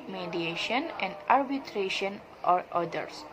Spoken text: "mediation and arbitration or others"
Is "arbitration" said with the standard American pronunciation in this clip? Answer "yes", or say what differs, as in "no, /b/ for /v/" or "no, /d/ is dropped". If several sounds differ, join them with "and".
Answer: yes